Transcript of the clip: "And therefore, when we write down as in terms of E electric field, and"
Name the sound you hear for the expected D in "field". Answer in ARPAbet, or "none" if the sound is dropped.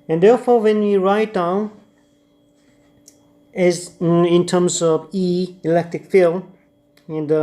none